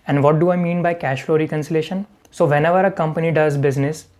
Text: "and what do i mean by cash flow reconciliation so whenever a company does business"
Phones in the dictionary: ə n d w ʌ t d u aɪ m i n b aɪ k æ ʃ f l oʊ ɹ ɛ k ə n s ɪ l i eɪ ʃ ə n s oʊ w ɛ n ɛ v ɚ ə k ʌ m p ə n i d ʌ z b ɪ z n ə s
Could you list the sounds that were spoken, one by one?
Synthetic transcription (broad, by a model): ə n d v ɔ t d u aɪ m i n b aɪ k æ ʃ f l oʊ ɹ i k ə n s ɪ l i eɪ ʃ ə n s oʊ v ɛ n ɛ v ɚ ə k ʌ m p ə n i d ʌ z b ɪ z n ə s